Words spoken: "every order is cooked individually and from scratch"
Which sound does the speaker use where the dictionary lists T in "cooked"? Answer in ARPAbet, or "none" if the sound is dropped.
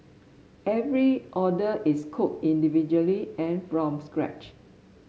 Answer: none